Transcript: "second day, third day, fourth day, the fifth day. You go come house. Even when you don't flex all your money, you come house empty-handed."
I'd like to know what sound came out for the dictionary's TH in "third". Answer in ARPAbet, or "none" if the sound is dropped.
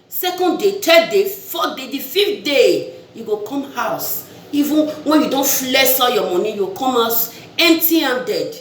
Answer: T